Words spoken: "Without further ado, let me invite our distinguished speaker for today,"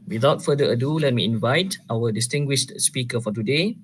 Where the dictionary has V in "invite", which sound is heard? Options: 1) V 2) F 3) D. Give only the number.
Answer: 1